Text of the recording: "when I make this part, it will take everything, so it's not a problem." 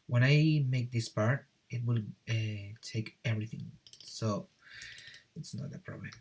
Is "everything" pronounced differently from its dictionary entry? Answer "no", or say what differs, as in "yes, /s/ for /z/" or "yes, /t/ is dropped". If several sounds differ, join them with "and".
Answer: no